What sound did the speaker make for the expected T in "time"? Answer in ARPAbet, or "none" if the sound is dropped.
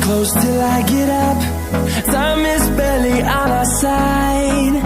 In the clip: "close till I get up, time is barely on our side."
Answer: S